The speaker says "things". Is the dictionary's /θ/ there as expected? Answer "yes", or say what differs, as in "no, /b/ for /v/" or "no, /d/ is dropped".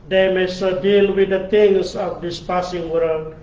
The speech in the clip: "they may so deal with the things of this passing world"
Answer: no, /t/ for /θ/